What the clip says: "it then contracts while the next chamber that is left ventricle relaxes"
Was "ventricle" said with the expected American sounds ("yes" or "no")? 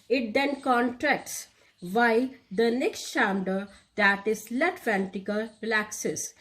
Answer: no